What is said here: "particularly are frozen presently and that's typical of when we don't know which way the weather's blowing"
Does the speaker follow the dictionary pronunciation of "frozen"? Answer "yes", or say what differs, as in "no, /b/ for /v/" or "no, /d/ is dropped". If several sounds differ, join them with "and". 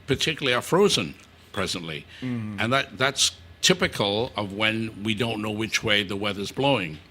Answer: yes